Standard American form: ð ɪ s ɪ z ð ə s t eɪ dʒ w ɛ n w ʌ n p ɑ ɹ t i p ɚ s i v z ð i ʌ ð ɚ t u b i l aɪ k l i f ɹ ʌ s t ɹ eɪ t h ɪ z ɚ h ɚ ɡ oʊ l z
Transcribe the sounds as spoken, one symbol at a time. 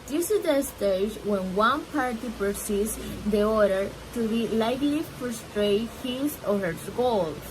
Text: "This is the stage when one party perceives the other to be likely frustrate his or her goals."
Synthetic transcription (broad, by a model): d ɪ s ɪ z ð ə s t eɪ dʒ w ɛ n w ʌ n p ɑ ɹ t i p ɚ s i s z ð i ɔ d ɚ t u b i l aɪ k l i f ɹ s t ɹ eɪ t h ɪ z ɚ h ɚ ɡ oʊ l